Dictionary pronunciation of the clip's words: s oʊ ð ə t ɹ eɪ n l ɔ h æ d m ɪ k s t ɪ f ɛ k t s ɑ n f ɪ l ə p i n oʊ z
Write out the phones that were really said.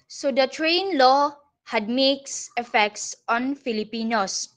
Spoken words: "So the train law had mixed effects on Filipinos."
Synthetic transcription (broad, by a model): s oʊ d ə t ɹ eɪ n l ɔ h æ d m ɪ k s ɪ f ɛ k t s ɑ n f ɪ l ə p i n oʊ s